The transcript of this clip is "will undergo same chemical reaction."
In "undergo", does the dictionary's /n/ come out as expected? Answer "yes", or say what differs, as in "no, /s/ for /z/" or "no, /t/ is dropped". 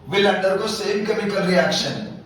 no, /n/ is dropped